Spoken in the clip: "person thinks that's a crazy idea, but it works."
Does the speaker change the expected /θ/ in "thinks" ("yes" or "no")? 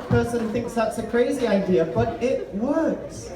no